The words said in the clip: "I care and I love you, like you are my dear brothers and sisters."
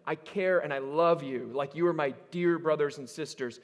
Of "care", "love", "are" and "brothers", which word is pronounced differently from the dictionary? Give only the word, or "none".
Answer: none